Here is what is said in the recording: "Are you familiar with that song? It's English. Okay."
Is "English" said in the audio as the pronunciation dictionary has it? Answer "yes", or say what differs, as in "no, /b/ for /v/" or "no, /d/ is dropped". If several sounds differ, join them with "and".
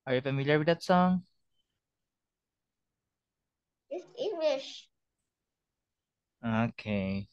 yes